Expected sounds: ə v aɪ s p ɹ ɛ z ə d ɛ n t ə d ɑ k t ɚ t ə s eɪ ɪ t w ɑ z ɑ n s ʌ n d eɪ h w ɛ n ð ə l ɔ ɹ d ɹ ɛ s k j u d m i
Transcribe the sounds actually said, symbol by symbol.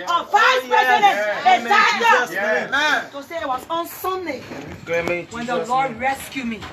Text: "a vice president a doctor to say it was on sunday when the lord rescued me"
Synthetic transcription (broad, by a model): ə p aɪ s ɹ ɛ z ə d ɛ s ə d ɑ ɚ t ə s eɪ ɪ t w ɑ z ɑ n s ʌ n d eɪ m w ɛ n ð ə l ɔ ɹ d ɹ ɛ s k j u m i